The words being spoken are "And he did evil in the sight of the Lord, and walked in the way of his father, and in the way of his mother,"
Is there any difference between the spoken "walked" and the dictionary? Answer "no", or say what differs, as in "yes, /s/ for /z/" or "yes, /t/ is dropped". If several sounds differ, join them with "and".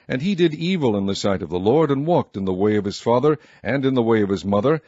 no